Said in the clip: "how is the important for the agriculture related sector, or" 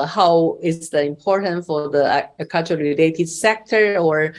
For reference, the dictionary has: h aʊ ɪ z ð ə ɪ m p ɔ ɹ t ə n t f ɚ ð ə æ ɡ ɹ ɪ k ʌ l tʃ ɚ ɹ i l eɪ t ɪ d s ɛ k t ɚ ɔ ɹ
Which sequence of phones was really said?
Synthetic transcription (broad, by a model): h aʊ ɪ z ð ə ɪ m p ɔ ɹ t ə n t f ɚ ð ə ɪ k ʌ tʃ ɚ ɹ i l eɪ t ɪ d s ɛ k t ɚ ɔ ɹ